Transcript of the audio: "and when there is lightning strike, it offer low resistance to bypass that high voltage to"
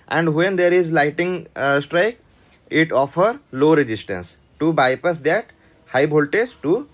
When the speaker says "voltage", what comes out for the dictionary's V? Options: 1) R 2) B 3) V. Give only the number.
2